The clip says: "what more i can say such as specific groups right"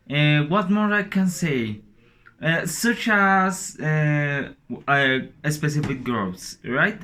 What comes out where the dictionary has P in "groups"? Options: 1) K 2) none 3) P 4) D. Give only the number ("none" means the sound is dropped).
2